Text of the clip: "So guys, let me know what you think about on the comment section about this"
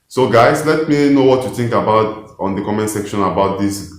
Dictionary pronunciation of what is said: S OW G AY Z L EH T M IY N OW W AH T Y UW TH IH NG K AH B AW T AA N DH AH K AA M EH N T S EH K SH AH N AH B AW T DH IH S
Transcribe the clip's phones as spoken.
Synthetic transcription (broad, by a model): S OW G AY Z L EH T M IY N OW W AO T Y UW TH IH NG K AH B AW T AA N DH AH K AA M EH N S EH K SH AH N AH B AW T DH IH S